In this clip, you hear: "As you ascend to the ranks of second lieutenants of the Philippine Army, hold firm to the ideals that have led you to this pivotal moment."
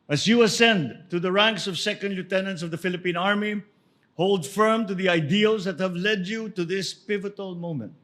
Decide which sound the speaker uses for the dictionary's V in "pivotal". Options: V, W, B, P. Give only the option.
V